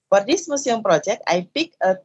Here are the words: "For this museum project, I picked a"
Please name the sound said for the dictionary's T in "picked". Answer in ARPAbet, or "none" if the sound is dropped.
none